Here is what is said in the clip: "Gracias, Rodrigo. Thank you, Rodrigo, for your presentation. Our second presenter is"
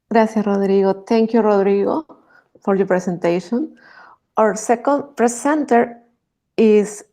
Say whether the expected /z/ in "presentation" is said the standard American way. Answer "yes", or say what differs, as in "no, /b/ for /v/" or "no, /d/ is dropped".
no, /s/ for /z/